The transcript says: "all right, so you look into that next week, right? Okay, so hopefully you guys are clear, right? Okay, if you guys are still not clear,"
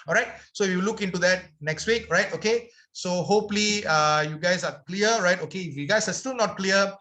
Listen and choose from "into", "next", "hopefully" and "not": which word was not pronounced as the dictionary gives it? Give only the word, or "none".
hopefully